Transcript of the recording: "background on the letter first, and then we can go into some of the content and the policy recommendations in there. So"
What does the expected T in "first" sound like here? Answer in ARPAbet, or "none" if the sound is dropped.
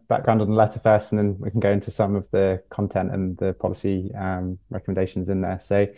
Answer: none